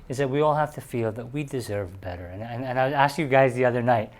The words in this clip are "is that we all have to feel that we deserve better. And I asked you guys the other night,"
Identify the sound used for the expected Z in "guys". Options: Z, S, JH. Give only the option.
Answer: Z